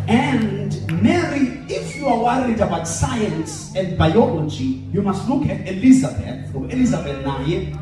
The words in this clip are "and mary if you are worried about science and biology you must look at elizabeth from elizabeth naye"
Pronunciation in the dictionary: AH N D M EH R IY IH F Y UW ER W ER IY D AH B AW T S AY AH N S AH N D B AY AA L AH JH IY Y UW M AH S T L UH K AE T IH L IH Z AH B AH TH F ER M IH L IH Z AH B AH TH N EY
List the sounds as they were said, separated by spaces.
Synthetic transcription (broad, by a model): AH N D M EH R IY IH F Y UW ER W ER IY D AH B AW T S AY AH N S AH N D B AY AA L AH JH IY Y UW M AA S T L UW K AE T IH L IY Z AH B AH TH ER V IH L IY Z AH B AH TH N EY